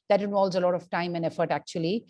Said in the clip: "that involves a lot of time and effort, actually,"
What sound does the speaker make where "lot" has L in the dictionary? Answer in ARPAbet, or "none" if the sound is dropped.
L